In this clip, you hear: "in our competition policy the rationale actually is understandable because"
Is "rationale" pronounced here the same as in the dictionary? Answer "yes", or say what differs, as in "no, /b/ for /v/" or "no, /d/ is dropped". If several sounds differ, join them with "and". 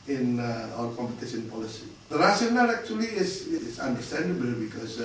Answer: no, /s/ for /ʃ/